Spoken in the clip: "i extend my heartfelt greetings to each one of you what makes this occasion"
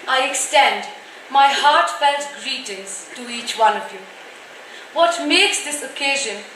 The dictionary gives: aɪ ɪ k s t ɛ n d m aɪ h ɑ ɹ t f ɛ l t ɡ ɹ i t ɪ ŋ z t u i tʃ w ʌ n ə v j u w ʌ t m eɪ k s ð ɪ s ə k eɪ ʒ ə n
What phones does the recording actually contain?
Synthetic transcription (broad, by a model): aɪ ɪ k s t ɛ n d m aɪ h ɑ ɹ t f ɛ l t ɡ ɹ i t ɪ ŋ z t u i tʃ w ʌ n ə v j u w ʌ t m eɪ k s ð ɪ s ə k eɪ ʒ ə n